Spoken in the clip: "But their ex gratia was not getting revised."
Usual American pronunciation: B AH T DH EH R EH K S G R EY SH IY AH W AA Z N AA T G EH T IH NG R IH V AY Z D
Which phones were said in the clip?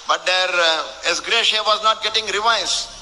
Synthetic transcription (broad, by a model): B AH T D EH R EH S G R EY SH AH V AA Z N AA T G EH T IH NG R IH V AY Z